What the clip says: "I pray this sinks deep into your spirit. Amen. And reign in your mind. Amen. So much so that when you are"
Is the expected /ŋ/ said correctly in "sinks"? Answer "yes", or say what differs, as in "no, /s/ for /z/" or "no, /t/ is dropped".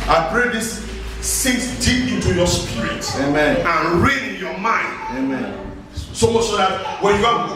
no, /ŋ/ is dropped